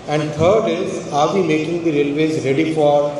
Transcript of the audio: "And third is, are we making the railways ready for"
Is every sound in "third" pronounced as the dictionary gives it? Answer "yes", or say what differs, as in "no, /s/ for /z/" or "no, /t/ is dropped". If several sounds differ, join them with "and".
no, /t/ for /θ/